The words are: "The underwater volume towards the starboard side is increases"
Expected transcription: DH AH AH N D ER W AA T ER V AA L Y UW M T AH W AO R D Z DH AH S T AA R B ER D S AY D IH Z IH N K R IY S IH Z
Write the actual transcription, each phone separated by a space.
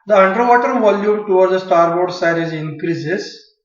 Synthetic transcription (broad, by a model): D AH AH N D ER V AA T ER V AA L Y UW M T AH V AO R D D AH S T AA R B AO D S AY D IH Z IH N K R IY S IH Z